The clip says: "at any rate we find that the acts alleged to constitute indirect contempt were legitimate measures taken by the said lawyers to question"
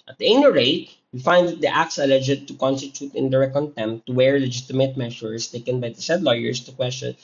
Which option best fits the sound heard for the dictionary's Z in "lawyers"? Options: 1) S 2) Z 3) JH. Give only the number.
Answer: 1